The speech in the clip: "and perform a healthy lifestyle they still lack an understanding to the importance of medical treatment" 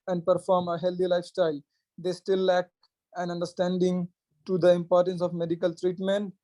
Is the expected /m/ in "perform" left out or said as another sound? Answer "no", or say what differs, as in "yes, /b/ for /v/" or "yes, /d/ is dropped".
no